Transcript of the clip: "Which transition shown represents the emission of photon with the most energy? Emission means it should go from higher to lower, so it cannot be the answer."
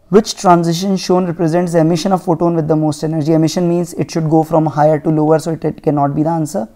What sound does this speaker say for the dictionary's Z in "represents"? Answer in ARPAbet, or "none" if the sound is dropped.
Z